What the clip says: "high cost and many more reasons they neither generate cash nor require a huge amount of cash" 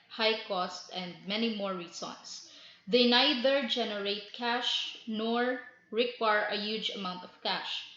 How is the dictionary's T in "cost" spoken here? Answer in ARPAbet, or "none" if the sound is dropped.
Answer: T